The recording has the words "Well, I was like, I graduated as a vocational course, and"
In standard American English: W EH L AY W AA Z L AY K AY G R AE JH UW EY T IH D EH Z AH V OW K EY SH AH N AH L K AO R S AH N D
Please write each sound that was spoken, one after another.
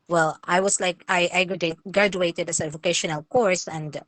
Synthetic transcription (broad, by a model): W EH L AY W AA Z L AY K AY G R AE JH UW EY T IH D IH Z AH V OW K EY SH AH N AH L K AO R S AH N D